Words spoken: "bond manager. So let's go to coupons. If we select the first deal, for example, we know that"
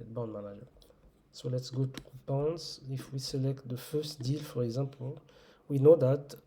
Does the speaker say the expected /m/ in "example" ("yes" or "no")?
no